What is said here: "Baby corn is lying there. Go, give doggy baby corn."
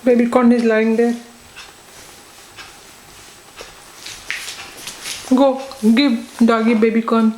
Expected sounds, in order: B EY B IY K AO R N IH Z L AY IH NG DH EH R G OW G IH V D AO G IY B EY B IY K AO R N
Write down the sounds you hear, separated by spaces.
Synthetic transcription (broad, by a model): B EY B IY K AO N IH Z L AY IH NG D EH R G OW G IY B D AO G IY B EY B IY K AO N